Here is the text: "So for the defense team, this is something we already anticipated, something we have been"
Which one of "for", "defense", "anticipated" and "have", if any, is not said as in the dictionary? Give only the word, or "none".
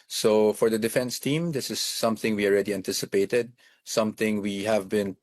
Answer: none